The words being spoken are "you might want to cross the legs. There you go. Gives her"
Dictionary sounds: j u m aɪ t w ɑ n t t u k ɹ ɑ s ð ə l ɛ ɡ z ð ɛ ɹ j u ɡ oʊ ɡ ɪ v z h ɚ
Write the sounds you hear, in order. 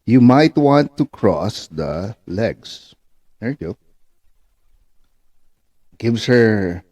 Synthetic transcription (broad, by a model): j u m aɪ t w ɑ n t t u k ɹ ɑ s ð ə l ɛ ɡ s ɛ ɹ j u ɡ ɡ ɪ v s h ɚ